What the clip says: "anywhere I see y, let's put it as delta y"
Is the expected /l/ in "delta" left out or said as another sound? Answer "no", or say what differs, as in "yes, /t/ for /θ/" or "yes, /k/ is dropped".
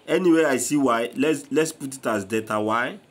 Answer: yes, /l/ is dropped